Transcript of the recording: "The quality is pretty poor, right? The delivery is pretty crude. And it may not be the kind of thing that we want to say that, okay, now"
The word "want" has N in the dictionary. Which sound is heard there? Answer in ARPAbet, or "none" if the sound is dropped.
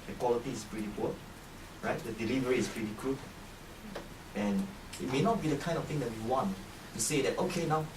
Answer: N